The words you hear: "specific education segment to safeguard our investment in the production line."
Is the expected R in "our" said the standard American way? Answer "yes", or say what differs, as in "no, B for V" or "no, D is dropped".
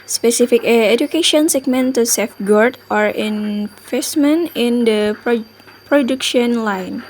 yes